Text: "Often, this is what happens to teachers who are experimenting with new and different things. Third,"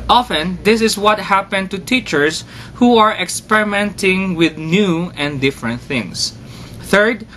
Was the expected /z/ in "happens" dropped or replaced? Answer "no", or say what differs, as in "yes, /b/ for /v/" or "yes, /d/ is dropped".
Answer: yes, /z/ is dropped